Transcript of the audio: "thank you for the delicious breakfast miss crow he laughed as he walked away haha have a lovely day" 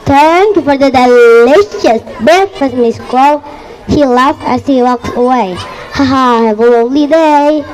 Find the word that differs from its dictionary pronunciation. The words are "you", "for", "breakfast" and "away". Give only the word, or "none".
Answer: breakfast